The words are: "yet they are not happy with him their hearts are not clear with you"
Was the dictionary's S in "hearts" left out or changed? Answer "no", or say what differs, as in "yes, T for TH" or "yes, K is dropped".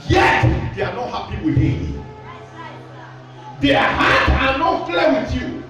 yes, S is dropped